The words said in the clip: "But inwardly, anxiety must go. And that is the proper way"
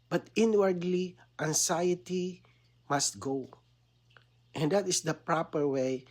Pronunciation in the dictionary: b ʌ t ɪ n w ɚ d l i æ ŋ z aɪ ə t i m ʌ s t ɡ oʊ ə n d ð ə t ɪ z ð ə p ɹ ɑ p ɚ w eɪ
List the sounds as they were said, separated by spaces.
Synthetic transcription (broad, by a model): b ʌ t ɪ n w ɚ d l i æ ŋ s aɪ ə t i m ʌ s t ɡ oʊ ə n d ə t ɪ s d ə p ɹ ɑ p ɚ w eɪ